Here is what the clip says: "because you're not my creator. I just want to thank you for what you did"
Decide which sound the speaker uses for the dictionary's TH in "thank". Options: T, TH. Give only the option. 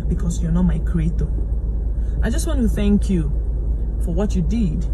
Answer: TH